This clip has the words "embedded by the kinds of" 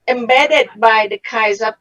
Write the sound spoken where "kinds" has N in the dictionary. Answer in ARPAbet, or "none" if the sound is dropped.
none